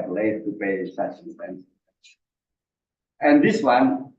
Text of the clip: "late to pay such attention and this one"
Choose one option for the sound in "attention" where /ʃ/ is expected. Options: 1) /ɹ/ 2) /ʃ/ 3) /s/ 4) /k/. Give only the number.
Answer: 3